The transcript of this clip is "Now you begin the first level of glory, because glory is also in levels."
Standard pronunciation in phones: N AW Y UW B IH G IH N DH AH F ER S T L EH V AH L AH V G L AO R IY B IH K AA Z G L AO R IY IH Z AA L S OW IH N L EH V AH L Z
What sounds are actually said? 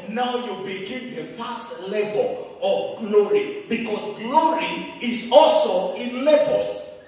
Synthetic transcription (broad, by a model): N AW Y UW B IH G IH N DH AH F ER S T L EH V AH L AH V G L AO R IY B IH K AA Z G L AO R IY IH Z AA L S OW IH N L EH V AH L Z